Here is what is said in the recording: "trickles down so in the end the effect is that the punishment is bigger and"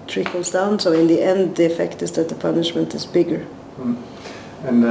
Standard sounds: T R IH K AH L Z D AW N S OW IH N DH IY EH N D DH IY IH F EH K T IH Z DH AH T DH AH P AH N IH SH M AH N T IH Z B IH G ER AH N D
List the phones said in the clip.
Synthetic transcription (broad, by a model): T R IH K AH L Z D AW N S OW IH N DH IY EH N D DH IY IH F EH K T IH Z DH AH T DH AH P AH N IH SH M AH N T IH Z B IH G ER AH N